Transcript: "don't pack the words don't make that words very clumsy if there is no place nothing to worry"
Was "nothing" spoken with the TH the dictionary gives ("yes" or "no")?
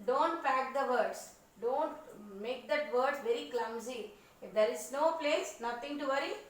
no